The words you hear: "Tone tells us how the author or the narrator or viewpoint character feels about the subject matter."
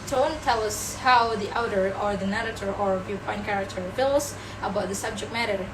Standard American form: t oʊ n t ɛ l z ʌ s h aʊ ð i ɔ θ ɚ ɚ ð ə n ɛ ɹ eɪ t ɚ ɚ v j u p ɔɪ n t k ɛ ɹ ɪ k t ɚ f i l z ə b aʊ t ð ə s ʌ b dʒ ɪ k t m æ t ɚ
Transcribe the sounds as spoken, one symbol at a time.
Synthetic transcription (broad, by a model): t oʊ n t ɛ l ʌ s h aʊ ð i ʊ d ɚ ɚ ð ə n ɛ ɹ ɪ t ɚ ɚ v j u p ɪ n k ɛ ɹ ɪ k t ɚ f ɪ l s ə b aʊ t ð ə s ʌ b dʒ ɪ k t m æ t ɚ